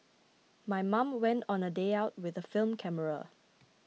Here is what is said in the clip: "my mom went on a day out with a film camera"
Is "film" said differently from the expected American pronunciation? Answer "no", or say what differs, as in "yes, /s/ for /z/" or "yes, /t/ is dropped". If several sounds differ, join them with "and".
no